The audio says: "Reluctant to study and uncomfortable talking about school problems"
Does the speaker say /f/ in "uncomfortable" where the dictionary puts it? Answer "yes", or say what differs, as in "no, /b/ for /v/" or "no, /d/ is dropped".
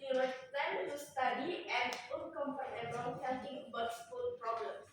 no, /p/ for /f/